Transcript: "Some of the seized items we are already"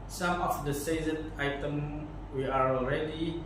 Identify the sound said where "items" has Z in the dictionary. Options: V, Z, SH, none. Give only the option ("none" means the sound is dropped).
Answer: none